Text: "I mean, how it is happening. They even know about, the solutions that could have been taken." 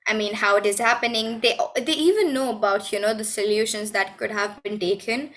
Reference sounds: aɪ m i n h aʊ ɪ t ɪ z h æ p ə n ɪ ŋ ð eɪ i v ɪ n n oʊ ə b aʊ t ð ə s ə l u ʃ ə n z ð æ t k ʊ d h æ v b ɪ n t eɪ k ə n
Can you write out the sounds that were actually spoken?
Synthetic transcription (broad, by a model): aɪ m i n h aʊ ɪ t ɪ z h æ p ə n ɪ ŋ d eɪ i v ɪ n n oʊ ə b aʊ t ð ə s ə l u ʃ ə n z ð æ t k ʊ d h æ v b ɪ n t eɪ k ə n